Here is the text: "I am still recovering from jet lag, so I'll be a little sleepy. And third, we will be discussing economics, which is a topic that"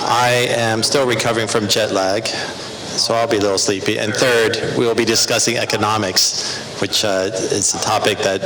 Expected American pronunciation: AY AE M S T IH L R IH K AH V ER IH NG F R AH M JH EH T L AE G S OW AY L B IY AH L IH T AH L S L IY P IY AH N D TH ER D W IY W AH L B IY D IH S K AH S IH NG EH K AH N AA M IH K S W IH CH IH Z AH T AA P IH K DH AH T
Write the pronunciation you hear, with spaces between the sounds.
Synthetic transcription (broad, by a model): AY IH M S T IH L R IH K AH V ER IH NG F R AH M JH EH T L AE G S OW AY L B IY AH L IH T L S L IY P IY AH N TH ER D W IY W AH L B IY D IH S K AH S IH NG EH K AH N AA M IH K S W IH CH IH Z AH T AA P IH K DH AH T